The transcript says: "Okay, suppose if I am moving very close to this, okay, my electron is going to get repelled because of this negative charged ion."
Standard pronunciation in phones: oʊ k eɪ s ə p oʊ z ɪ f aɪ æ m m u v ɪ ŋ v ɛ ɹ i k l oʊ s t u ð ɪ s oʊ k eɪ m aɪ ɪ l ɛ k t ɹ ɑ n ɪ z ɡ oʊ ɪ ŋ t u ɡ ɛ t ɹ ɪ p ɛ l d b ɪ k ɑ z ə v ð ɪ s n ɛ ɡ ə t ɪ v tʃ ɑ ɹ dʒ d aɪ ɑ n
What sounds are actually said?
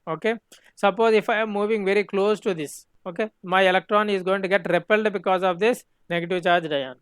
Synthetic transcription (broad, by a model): oʊ k eɪ s ə p oʊ z ɪ f aɪ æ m m u v ɪ ŋ v ɛ ɹ i k l oʊ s t u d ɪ s oʊ k eɪ m aɪ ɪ l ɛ k t ɹ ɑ n ɪ z ɡ oʊ ɪ ŋ t u ɡ ɛ t ɹ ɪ p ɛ l d b ɪ k ɑ z ə v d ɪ s n ɛ ɡ ə t ɪ v tʃ ɑ ɹ dʒ d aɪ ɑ n